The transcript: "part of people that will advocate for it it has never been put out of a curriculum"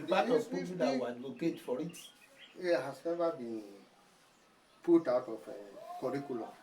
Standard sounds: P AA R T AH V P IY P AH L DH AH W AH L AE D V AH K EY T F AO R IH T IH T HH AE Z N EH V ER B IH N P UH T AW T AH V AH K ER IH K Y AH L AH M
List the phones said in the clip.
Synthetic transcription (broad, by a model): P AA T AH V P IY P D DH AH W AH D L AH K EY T F AO R IH T IH T HH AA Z N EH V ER B IH N P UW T AW T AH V AH K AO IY K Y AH L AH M